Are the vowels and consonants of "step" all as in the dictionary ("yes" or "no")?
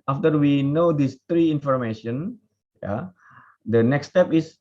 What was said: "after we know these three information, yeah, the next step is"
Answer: yes